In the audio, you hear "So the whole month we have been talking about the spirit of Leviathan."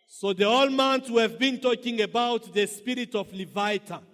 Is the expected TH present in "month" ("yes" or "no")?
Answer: no